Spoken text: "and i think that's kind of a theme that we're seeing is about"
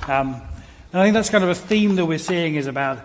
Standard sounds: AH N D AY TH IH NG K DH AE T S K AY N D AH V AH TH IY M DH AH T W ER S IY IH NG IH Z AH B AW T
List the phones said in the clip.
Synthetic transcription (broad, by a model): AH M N AY TH IH NG K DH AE T S K AY N D AH V AH TH IY M DH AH T W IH S IY IH NG IH Z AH B AW T